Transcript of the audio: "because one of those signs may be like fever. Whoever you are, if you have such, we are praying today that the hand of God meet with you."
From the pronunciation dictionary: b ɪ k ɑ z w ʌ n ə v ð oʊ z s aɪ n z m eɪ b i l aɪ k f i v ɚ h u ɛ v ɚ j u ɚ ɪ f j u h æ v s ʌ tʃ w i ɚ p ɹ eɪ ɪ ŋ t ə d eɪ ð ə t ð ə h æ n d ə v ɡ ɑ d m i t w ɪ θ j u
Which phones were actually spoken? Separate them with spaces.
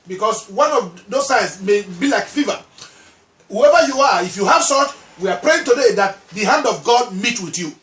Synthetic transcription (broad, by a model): b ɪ k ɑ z w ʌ n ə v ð oʊ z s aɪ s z m eɪ b i l aɪ k f i v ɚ h u ɛ v ɚ j u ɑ ɪ f j u h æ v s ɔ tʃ w i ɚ p ɹ eɪ ɪ ŋ t ə d eɪ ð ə t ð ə h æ n d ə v ɡ ɑ d m i t w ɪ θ j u